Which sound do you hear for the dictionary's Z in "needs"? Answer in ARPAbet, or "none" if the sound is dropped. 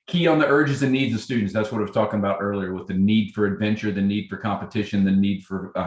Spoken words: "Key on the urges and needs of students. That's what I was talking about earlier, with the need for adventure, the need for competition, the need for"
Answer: Z